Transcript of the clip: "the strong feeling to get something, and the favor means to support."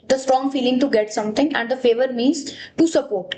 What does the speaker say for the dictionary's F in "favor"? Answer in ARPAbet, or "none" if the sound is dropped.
F